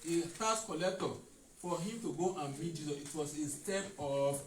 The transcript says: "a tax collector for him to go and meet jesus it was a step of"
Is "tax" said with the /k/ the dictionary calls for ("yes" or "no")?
no